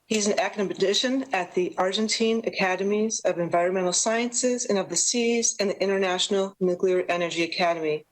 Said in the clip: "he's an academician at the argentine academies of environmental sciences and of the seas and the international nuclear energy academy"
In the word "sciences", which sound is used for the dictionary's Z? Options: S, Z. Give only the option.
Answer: Z